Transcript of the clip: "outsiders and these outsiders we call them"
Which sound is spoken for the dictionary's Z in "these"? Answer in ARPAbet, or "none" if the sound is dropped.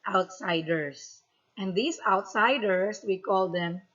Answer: S